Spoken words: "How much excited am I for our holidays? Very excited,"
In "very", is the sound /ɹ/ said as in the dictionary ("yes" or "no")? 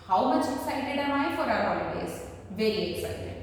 no